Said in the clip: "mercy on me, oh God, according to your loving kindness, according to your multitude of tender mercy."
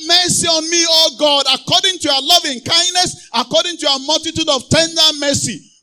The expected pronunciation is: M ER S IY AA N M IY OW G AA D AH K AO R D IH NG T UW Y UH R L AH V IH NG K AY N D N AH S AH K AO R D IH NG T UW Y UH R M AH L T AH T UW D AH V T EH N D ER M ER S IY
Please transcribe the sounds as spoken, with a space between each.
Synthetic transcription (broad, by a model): M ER S IY AA N M IY OW G AA D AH K AO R D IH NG T UW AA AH L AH V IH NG K AY N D N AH S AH K AO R D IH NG T UW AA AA M AH L T AH T UW D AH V T EH N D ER M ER S IY